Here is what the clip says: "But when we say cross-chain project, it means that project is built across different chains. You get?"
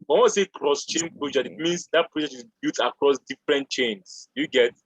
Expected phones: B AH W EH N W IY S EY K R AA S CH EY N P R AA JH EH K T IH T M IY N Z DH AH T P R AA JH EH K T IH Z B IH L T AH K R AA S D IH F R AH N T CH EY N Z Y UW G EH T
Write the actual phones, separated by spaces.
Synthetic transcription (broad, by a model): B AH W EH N S EY K R AA S CH EY N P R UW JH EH IH T M IY N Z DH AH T P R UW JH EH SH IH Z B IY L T AH K R AA S D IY F R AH N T CH EY N S Y UW G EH T